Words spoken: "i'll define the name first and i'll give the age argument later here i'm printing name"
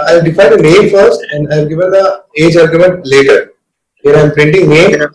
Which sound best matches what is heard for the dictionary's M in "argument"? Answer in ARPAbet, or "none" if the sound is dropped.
M